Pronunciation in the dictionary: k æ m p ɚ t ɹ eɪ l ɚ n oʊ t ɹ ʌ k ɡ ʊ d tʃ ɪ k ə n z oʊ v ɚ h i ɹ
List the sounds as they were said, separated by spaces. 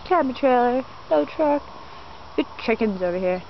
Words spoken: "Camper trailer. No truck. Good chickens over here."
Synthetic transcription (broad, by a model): k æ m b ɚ t ɹ eɪ l ɚ l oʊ t ɹ ʌ k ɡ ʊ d tʃ ɪ k ə n z oʊ v ɚ h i ɹ